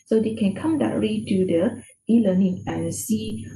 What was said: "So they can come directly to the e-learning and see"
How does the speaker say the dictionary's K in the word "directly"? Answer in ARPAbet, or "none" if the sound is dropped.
none